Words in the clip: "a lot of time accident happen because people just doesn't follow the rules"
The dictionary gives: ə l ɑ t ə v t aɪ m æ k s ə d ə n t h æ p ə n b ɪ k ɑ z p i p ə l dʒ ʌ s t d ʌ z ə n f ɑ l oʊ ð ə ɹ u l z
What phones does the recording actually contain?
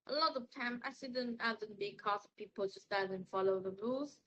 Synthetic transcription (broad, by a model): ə l ɑ t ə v t aɪ m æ s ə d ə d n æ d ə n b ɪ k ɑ s p i p ə l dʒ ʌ s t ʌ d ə n f ɑ l oʊ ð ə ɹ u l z